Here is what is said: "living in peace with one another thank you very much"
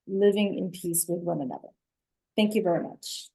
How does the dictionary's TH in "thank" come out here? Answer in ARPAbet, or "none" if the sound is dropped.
TH